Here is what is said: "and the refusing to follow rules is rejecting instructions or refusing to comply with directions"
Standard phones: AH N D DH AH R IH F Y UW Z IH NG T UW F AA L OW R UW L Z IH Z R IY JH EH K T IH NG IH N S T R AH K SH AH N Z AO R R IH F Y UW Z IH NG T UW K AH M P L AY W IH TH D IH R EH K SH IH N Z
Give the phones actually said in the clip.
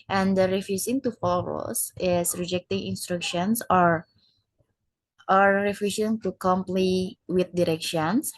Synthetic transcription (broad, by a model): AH N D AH R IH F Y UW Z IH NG T UW F AA L OW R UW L S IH S R IY JH EH K T IH NG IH N S T R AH K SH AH N S AO R R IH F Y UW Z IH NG T UW K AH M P L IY W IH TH D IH R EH K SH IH N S